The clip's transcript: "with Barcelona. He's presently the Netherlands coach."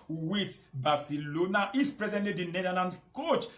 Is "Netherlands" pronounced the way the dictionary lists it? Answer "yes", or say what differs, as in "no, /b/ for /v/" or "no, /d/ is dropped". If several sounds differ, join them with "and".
no, /z/ is dropped